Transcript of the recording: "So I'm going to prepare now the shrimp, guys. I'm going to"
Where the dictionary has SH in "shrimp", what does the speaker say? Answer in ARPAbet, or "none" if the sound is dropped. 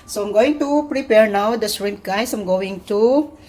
S